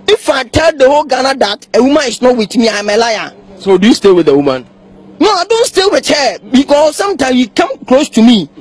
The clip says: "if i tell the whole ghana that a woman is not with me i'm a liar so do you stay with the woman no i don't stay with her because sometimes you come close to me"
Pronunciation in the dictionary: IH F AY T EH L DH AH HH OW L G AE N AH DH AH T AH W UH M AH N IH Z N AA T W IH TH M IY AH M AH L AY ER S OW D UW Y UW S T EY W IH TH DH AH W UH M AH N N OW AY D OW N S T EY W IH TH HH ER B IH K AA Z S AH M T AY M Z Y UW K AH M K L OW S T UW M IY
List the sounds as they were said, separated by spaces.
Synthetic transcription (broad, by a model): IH F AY T EH L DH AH HH OW L G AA N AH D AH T AH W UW M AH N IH S N AA T W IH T M IY AH M AH L AY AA S OW D UW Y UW S T EY W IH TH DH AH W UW M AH N N OW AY D OW N S T EY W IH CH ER B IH K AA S S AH M T AY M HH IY K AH M K L OW S T UW M IY